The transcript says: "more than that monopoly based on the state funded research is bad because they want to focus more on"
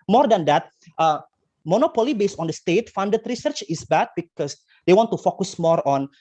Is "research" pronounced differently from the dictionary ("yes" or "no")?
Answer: no